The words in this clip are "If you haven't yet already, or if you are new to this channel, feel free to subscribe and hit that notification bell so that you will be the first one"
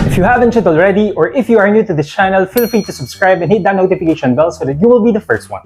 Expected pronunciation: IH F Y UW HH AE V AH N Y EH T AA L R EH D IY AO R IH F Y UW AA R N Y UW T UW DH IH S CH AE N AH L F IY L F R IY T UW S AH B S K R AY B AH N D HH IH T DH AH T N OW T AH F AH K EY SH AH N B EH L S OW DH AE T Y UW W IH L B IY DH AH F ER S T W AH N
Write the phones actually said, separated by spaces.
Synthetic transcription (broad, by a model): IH F Y UW HH AE V AH N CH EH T AA L R EH D IY AO R IH F Y UW AA R N Y UW T UW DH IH S CH AE N AH L F IY L F R IY T UW S AH B S K R AY B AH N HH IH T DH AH T N OW T AH F AH K EY SH AH N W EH L S OW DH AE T Y UW W IH L B IY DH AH F ER S T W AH N